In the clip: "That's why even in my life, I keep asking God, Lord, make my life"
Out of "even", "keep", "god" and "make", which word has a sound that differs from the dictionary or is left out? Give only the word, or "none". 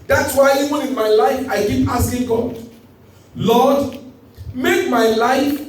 even